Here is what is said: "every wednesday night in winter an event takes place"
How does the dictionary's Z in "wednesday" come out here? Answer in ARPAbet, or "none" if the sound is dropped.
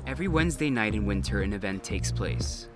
Z